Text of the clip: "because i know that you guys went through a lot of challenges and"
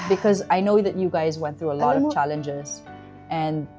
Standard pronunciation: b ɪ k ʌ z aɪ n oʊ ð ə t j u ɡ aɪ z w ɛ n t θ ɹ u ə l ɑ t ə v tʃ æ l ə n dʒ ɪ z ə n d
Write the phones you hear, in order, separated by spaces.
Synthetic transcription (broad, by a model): b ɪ k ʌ z aɪ n oʊ ð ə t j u ɡ aɪ z w ɛ n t θ ɹ u ə l ɑ t ə v tʃ æ l ə n dʒ ɪ z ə n